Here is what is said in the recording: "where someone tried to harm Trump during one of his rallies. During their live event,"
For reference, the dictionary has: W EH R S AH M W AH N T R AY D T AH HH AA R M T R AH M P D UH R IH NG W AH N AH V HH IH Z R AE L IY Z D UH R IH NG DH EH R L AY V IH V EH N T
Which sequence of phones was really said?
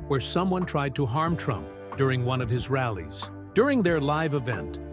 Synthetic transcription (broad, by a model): W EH R S AH M W AH N T R AY D T AH HH AA R M T R AH M P D UH R IH NG W AH N AH V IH Z R AE L IY Z D UH R IH NG DH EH R L AY V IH V EH N T